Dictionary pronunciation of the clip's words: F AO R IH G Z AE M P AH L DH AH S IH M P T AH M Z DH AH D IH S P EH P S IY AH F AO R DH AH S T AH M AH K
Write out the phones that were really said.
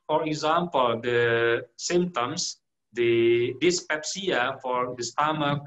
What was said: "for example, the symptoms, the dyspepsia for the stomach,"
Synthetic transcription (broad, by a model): F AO R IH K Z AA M P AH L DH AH S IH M T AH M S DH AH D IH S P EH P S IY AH F AO R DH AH S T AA M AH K